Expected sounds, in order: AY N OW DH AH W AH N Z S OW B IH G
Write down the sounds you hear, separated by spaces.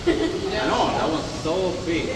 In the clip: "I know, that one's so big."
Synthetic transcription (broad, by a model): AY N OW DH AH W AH Z S OW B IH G